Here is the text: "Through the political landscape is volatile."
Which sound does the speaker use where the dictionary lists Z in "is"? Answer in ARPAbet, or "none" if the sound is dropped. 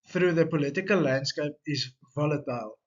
S